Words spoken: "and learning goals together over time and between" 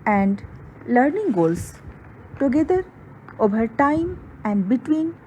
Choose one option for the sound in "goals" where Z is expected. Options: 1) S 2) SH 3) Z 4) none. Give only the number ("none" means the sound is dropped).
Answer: 1